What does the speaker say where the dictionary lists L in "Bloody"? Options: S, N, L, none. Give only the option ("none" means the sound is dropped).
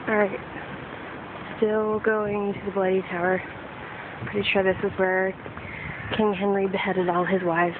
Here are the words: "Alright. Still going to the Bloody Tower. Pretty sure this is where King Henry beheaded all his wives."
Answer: L